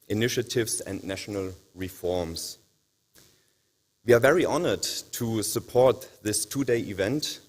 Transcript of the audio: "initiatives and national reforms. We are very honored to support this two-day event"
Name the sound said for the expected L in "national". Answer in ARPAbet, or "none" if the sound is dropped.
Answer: L